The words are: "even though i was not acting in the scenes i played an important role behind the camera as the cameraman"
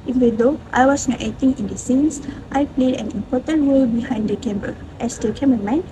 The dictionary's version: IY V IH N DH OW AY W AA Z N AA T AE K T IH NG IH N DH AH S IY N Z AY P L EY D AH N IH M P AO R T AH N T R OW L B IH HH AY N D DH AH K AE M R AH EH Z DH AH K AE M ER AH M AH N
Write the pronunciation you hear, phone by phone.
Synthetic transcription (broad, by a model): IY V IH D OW AY W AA S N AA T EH T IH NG IH N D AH S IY N S AY P L EY D AH N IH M P AO T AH N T R OW L B IH HH AY N D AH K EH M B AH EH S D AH K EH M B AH M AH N